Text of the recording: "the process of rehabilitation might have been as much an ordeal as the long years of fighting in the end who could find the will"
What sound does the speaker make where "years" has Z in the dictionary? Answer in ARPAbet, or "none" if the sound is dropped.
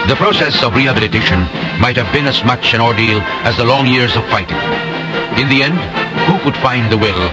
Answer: Z